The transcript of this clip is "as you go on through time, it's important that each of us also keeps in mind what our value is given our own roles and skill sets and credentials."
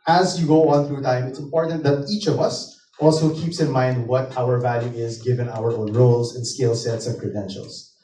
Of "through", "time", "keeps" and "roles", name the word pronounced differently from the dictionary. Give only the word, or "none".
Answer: none